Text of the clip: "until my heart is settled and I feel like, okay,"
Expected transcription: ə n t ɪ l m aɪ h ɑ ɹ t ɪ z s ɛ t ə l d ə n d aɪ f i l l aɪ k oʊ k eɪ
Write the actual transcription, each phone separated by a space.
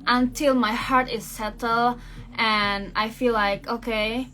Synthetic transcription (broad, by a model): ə n t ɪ l m aɪ h ɑ ɹ t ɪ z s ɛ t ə l ə n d aɪ f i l l aɪ k oʊ k eɪ